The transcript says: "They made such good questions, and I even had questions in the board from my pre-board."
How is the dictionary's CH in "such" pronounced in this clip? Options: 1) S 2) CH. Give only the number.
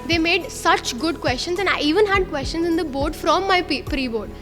2